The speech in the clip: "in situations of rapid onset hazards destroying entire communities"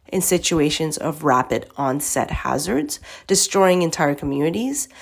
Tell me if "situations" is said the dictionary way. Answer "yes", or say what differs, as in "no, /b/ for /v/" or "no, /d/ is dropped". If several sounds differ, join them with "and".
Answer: yes